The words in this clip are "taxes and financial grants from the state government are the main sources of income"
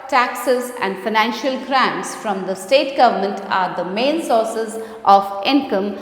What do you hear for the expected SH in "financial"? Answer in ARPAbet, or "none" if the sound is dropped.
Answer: SH